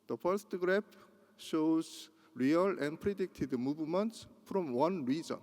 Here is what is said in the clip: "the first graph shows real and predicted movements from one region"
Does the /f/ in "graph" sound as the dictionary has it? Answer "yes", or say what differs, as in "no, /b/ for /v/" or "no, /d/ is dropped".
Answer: no, /p/ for /f/